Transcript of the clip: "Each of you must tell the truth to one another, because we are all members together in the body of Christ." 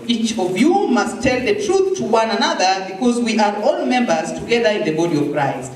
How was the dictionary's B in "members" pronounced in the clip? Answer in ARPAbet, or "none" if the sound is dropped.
B